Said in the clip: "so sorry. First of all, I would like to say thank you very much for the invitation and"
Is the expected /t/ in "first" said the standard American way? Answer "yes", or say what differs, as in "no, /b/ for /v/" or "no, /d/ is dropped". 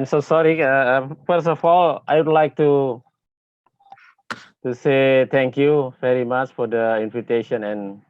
no, /t/ is dropped